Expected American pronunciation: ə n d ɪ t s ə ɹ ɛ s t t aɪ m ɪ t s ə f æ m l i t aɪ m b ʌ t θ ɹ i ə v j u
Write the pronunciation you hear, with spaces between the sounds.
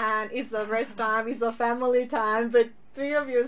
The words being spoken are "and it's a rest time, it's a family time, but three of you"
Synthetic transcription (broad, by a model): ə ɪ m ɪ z ə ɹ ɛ s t t aɪ m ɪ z ə f æ m l i t aɪ m b ʌ t θ ɹ i ə v j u